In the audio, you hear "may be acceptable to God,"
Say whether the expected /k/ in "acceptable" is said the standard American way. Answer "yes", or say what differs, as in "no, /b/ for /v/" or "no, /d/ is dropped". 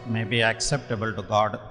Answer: yes